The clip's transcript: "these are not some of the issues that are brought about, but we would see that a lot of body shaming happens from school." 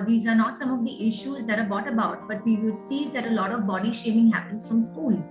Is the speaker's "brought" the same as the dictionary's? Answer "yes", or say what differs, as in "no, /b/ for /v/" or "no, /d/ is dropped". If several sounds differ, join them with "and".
no, /ɹ/ is dropped